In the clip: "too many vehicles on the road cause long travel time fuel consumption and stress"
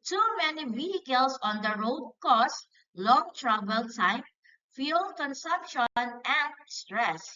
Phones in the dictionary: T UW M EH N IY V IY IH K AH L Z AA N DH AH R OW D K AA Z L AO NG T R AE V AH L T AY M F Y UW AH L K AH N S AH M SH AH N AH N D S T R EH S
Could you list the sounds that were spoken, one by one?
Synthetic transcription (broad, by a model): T UW M EH N IY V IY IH K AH L S AA N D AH R OW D K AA S L AO NG T R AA B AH L T AY M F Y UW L K AH N S AH M SH AH N AH N D S T R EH S